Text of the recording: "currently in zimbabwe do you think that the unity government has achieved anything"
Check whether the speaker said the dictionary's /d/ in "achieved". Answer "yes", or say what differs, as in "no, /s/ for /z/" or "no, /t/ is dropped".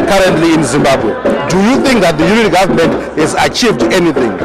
yes